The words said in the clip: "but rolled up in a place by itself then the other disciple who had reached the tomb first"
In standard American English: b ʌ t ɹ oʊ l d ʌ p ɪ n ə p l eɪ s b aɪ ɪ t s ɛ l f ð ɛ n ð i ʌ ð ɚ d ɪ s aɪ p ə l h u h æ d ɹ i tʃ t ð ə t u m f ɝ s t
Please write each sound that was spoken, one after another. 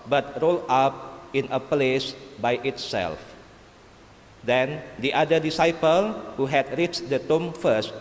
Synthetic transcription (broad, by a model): b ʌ t ɹ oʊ l ɑ p ɪ n ə p l eɪ s b aɪ ɪ t s ɛ l f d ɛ n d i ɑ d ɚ d ɪ s aɪ p ə l h u h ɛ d ɹ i tʃ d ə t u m f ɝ s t